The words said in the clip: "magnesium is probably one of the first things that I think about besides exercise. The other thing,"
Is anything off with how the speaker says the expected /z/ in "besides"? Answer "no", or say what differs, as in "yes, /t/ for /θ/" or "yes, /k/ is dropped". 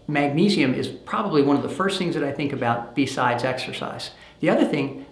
no